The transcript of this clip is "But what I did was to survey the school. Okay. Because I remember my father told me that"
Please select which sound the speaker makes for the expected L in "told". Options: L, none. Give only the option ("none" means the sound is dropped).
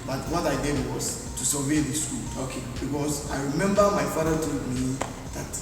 none